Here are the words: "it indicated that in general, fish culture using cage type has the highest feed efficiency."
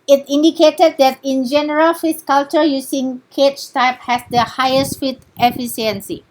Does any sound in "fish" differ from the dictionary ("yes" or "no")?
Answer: yes